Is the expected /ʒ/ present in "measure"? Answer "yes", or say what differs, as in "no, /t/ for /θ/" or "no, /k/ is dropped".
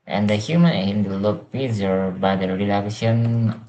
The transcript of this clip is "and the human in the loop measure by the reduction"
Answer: no, /z/ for /ʒ/